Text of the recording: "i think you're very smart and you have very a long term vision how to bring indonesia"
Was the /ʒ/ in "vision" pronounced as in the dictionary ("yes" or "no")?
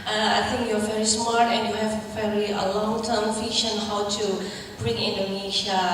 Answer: no